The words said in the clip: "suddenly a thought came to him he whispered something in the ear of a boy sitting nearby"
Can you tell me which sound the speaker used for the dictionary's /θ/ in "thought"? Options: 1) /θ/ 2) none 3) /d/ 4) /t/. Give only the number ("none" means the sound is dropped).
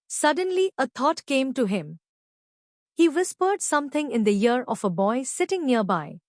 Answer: 4